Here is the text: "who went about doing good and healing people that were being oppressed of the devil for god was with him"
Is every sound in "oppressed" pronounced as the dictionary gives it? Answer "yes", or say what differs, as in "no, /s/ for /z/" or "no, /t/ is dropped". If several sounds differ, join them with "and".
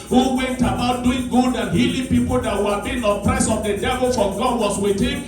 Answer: no, /t/ is dropped